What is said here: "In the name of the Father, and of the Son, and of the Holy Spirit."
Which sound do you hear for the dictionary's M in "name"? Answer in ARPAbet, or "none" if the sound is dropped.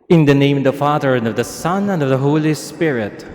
none